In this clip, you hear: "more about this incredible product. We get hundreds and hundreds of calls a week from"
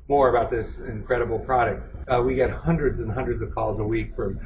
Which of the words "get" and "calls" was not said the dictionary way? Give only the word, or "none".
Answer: none